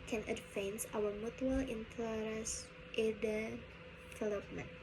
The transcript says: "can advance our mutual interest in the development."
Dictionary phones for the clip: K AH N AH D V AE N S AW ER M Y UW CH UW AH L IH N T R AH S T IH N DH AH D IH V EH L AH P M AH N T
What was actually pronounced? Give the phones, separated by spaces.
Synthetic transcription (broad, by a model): K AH N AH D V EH N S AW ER M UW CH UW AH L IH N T L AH T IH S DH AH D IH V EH L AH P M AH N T